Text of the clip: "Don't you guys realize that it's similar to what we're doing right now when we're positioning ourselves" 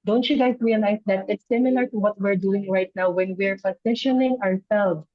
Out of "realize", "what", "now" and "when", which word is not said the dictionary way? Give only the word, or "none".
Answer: realize